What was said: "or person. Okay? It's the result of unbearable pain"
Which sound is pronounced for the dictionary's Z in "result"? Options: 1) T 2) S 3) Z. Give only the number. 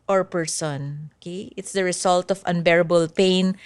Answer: 2